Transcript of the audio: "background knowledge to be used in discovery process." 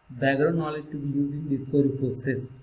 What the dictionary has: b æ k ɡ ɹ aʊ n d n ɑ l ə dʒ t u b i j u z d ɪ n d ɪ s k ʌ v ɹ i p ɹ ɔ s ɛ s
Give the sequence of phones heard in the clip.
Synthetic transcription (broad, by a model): b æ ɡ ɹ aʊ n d n ɑ l ə dʒ t u b i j u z ɪ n d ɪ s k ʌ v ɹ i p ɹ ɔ s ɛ s